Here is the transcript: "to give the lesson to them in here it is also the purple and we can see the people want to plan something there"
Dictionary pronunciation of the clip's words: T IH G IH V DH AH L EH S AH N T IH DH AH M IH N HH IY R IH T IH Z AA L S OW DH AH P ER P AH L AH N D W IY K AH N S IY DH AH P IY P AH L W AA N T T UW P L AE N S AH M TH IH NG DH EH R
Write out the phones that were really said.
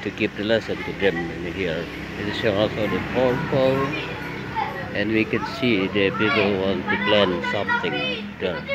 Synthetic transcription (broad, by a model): T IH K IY P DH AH L EH S AH N T IH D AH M IH N HH IY R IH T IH AA L S OW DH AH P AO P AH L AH N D W IY K AH N S IY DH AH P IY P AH L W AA N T T UW P L AE N S AH M TH IH NG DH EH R